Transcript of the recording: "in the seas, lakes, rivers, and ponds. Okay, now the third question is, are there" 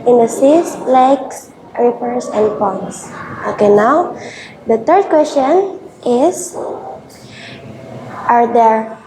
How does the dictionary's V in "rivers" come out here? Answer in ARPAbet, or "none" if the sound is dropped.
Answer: P